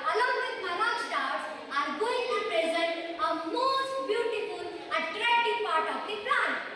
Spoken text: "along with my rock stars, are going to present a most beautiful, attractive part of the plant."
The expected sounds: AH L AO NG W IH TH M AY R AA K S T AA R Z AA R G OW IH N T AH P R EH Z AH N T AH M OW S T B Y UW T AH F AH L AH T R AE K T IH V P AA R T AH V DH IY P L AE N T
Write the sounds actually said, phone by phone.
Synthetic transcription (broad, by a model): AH L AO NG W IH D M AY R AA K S T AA R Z AA R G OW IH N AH P R EH Z AH N T AH M OW S T B Y UW T AH F AH L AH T R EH T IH P AA R T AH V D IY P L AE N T